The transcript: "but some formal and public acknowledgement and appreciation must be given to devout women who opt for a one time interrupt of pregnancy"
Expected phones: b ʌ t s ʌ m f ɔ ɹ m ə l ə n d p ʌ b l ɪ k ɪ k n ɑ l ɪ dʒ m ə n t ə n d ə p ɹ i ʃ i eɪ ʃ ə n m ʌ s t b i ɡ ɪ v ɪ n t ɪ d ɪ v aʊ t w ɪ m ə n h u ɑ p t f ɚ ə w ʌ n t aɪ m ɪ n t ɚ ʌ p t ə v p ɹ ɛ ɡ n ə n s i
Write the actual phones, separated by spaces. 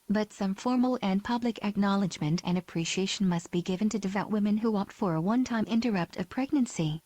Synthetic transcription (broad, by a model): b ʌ t s ʌ m f ɔ ɹ m l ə n p ʌ b l ɪ k ɪ k n ɑ l ɪ dʒ m ə n t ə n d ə p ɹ i ʃ i eɪ ʃ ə n m ʌ s t b i ɡ ɪ v ɪ n t ɪ d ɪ v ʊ t w ɪ m ə n h u ɑ p t f ɚ ə w ʌ n t aɪ m ɪ n t ɚ ʌ p t ə v p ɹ ɛ ɡ n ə n s i